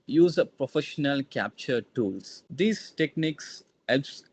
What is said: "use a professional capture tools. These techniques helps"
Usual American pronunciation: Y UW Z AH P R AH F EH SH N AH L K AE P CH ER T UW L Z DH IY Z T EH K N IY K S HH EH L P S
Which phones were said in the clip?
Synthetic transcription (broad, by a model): Y UW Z AH P R AH F EH SH N AH L K AE P CH ER T UW L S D IY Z T EH K N IY K S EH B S